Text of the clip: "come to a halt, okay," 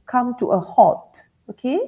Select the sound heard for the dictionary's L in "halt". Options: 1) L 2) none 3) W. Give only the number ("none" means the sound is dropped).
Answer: 2